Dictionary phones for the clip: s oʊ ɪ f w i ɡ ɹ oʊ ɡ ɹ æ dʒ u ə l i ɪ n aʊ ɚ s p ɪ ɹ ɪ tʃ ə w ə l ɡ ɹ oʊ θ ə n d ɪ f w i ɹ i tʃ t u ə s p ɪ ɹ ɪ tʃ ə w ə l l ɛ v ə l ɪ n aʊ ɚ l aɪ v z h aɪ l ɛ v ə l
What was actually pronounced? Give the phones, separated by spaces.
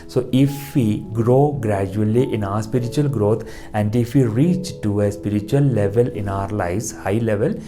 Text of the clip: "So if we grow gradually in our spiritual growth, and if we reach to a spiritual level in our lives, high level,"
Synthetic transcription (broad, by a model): s oʊ ɪ f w i ɡ ɹ oʊ ɡ ɹ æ dʒ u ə l i ɪ n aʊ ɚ s p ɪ ɹ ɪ tʃ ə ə l ɡ ɹ oʊ t ə n d ɪ f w i ɹ i tʃ t u ə s p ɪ ɹ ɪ tʃ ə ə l l ɛ v ə l ɪ n aʊ ɚ l aɪ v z h aɪ l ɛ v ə l